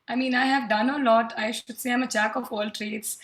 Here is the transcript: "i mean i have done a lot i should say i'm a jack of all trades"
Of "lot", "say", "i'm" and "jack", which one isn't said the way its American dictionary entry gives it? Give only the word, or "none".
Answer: jack